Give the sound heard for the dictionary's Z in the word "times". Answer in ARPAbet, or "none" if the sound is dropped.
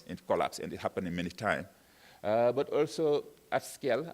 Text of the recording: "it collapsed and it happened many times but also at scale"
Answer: none